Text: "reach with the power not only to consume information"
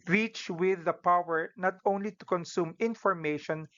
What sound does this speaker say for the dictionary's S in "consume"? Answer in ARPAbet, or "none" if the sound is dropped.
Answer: S